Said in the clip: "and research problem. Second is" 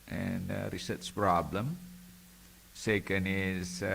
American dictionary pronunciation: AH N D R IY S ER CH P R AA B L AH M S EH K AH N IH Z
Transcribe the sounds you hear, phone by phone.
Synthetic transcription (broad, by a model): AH N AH R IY S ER S P R AA B L AH M S EH K AH N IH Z